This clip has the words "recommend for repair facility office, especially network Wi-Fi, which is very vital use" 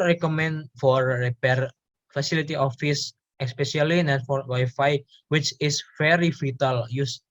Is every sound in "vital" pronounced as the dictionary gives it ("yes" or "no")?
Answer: no